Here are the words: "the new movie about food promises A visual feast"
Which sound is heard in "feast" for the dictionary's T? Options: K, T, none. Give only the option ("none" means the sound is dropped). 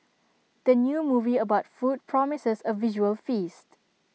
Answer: T